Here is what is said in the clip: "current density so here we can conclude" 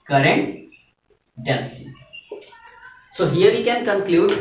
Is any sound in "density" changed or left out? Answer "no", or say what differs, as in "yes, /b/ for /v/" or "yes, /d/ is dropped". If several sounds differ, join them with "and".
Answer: yes, /n/ is dropped